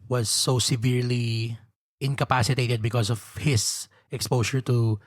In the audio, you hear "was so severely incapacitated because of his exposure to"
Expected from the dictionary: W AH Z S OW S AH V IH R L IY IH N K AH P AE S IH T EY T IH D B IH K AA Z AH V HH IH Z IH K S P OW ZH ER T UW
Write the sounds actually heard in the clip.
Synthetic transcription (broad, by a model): W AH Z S OW S AH V IH R L IY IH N K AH P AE S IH T EY T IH D B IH K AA S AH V HH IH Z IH K S P OW SH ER T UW